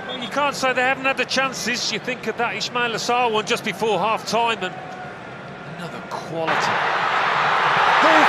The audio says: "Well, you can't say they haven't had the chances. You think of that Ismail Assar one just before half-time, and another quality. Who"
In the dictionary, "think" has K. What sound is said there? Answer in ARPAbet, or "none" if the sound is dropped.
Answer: K